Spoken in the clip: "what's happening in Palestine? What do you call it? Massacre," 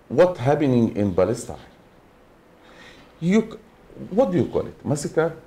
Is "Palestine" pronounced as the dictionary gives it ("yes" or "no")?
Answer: no